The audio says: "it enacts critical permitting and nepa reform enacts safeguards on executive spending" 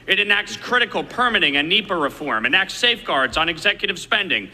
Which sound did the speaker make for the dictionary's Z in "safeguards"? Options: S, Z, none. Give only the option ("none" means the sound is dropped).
Z